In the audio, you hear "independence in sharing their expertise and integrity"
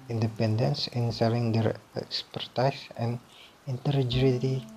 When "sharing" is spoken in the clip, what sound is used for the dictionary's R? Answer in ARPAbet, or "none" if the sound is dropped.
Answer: L